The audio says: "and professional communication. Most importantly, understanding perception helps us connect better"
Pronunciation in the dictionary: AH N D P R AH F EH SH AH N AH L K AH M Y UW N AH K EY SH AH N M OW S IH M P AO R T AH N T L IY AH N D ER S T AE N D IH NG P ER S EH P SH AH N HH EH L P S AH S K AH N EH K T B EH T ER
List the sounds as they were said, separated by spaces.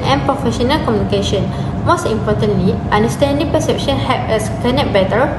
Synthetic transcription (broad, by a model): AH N P R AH F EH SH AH N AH L K AH M Y UW N AH K EY SH AH N M OW S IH M P AO T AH N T L IY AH N D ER S T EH N D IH NG P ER S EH P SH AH N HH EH P AH S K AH N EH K B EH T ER